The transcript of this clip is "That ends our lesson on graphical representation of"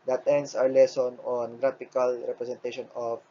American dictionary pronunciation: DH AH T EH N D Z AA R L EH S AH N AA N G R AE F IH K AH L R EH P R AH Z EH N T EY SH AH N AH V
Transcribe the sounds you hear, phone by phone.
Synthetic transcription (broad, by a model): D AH T EH N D S AA R L EH S AH N AA N G R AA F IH K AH L R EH P R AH S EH N T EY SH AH N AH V